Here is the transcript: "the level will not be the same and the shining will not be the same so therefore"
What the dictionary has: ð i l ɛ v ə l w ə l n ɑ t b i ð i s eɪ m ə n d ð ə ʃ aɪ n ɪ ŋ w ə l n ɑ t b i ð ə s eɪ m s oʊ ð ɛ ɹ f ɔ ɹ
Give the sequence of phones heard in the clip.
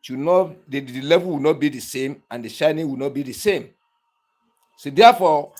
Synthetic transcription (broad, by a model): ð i l ɛ v ə l w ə n ɑ t b i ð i s eɪ m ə n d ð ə ʃ aɪ n ɪ ŋ w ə n ɑ t b i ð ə s eɪ m s oʊ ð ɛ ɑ f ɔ